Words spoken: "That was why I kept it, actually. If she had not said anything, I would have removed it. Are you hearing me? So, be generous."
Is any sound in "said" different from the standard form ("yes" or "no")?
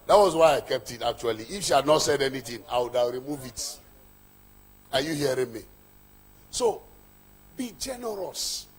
no